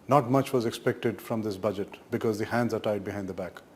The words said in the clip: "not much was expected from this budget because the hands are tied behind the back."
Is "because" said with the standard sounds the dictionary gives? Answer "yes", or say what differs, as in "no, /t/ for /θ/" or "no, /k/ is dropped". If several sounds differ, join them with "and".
yes